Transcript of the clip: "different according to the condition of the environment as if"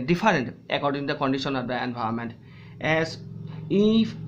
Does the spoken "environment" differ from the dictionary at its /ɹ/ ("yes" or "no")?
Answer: yes